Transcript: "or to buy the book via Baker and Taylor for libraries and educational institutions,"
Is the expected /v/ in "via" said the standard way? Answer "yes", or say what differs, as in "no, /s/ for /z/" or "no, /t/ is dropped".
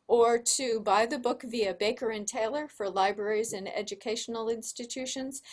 yes